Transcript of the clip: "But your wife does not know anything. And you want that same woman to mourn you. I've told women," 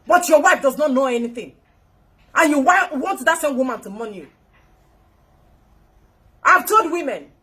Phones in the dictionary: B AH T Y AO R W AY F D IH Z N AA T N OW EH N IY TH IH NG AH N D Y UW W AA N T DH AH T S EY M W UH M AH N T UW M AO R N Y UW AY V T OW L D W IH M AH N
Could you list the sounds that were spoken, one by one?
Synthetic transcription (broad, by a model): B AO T Y AO W AY F D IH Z N AA T N OW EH N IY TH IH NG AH N Y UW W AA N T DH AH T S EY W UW M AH N T UW M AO N Y UW AY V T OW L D W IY M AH N